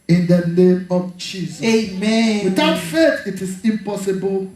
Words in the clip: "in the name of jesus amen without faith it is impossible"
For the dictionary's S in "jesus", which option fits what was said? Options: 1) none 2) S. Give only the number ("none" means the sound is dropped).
1